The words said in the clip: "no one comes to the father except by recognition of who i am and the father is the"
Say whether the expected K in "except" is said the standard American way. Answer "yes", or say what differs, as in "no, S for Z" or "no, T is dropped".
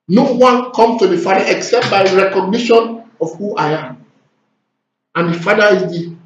yes